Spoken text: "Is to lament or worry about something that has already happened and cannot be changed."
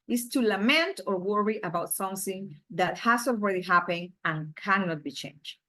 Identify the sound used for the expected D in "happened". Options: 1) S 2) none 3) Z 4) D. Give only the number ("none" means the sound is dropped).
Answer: 2